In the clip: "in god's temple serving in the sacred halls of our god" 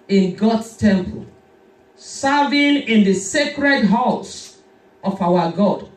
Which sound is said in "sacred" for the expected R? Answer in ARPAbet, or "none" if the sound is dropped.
R